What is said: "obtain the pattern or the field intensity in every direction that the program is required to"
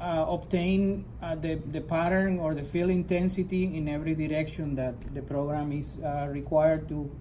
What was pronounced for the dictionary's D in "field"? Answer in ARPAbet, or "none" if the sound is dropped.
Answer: none